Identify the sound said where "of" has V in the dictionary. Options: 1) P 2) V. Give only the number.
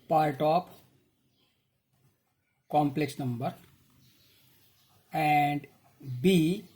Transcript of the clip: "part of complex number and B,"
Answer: 1